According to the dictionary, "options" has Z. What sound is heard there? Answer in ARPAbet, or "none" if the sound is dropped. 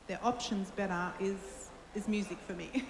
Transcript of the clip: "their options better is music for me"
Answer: Z